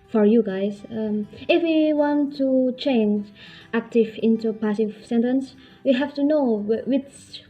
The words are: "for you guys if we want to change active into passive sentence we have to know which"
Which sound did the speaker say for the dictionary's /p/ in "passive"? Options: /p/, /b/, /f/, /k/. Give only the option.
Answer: /p/